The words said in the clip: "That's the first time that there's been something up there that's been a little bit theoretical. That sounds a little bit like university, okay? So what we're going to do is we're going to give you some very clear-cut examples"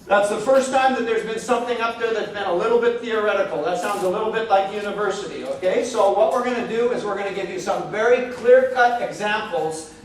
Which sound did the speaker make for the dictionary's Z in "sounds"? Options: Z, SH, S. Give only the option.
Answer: Z